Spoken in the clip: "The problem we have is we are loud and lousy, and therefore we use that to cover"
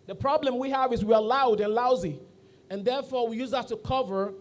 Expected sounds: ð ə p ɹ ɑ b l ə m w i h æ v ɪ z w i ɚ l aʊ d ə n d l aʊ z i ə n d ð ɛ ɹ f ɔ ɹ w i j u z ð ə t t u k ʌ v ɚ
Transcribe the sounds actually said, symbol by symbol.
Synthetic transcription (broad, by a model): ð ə p ɹ ɑ b l ə m w i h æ v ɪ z w i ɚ l aʊ d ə n l aʊ z i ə n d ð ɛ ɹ f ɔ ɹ w i j u z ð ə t t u k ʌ v ɚ